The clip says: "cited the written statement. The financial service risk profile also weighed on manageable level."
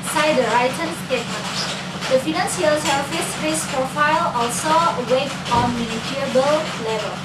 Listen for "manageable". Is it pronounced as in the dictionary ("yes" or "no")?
no